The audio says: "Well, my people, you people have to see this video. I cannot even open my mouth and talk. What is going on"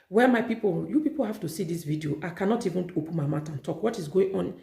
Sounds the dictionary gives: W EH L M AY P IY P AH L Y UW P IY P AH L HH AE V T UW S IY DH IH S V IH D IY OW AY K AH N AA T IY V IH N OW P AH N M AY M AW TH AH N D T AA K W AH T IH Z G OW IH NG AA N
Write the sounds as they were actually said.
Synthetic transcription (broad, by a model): W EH M AY P IY P AH L Y UW P IY P AH L HH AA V T UW S IY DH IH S V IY D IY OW AY K AH N AA T IY V IH N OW P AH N M AY M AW T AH N T AA K W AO T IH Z G OW IH NG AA N